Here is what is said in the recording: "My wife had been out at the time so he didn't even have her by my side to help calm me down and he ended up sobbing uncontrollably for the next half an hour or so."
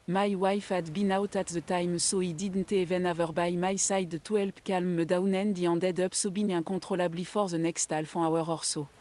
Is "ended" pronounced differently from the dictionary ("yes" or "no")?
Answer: yes